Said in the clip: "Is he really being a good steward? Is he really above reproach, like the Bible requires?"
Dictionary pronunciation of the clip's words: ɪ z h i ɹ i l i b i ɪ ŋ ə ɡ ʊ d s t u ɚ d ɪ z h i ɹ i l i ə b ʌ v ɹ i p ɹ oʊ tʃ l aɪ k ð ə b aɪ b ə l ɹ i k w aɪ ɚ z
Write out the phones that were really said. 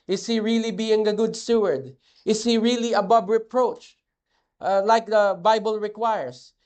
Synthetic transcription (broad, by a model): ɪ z h i ɹ i l i b i ɪ ŋ ə ɡ ʊ d s t u ɚ d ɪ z h i ɹ i l i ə b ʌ b ɹ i p ɹ oʊ tʃ l aɪ k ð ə b aɪ b ə l ɹ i k w aɪ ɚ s